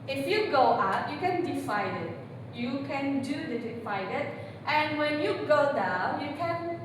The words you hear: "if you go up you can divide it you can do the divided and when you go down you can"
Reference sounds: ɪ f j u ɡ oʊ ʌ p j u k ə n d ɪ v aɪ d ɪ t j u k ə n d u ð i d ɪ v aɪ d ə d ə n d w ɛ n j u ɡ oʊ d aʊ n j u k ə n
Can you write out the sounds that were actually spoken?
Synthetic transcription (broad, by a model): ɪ f j u ɡ oʊ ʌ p j u k ə n d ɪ f aɪ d ɪ t j u k ə n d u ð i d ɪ f aɪ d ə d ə n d w ɛ n j u ɡ oʊ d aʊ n j u k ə n